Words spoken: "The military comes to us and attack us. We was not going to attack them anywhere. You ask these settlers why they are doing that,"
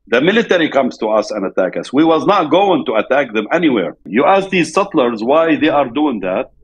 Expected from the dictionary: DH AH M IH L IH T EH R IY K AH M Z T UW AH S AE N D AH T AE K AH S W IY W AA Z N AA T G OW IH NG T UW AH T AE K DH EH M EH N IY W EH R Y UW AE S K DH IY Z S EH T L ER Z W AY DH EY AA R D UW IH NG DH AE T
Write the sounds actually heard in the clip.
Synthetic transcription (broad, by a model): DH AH M IH L IH T EH R IY K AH M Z T UW AH S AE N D AH T AE K AH S W IY W AA Z N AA T G OW IH NG T UW AH T AE K DH EH M EH N IY W EH R Y UW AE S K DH IY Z S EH T L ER Z W AY DH EY AA R D UW IH NG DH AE T